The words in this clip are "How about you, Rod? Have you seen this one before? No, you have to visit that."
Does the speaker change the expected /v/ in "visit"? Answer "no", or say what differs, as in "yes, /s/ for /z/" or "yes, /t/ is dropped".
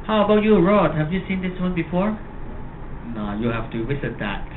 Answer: yes, /w/ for /v/